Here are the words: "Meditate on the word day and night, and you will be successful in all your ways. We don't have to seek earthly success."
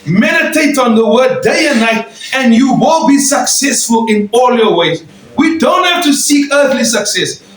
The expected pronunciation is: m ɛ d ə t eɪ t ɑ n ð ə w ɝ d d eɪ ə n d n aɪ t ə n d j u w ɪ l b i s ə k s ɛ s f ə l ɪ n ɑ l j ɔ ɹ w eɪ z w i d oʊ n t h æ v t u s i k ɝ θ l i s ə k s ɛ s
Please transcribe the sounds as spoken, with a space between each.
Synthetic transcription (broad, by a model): m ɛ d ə t eɪ t ɑ n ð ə w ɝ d d eɪ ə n n aɪ t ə n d j u w ɪ l b i s ə k s ɛ s f ə l ɪ n ɑ l j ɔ w eɪ z w i d oʊ n t h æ f t u s i k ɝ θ l i s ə k s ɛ s